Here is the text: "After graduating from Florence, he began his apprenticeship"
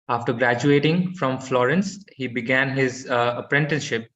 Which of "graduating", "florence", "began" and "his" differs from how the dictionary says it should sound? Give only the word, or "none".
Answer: none